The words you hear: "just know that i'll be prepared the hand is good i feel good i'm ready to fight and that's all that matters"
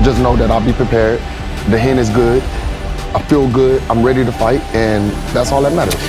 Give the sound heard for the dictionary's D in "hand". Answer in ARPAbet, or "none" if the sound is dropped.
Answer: none